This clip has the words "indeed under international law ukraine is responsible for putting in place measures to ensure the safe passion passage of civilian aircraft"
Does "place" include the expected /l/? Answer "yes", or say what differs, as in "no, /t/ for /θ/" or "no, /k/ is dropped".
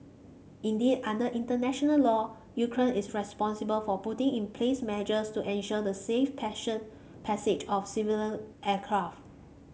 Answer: yes